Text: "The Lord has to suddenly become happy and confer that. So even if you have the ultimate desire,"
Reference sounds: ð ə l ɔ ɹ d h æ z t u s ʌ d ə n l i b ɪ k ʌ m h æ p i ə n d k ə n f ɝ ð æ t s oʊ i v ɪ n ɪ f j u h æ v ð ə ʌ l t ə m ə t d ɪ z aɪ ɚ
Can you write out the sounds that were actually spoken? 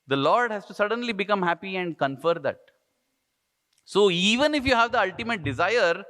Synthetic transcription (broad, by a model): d ə l ɔ ɹ d h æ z t u s ʌ d ə n l i b ɪ k ʌ m h æ p i ə n d k ə n f ɝ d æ t s oʊ i v ɪ n ɪ f j u h æ v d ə ʌ l t ə m ə t d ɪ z aɪ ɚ